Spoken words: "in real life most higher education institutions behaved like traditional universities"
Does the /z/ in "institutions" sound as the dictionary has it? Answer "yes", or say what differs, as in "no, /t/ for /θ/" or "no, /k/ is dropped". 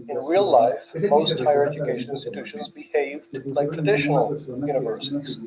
yes